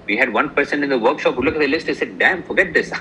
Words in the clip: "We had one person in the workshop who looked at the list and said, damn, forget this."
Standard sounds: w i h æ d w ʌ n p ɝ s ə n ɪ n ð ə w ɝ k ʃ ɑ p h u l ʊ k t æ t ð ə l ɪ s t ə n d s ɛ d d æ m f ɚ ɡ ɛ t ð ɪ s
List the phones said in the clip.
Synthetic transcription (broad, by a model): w i h æ d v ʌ n p ɝ s ə n ɪ n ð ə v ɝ k ʃ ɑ p h u l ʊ k æ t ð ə l ɪ s t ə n s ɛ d d æ m f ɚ ɡ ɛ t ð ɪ s